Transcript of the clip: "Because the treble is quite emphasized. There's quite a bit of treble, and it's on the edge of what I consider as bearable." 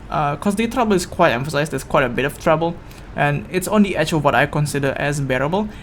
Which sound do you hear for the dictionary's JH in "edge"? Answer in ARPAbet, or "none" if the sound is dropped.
CH